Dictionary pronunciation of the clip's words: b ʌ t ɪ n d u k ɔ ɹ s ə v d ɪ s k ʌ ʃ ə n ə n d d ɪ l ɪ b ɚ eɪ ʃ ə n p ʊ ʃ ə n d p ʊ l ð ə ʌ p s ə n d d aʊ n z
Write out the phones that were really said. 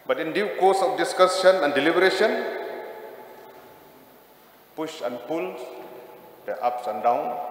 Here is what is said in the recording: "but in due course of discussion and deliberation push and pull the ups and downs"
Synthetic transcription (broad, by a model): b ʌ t ɪ n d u k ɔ s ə f d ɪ s k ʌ s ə n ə n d d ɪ l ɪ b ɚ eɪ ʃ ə n p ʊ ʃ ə n p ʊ l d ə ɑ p s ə n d d aʊ n